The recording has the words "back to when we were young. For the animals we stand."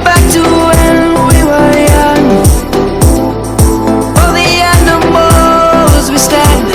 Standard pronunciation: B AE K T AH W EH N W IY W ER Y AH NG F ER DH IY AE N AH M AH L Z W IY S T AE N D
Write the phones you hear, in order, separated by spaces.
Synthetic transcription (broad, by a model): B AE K T AH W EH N W IY W ER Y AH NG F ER DH IY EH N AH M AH Z W IY S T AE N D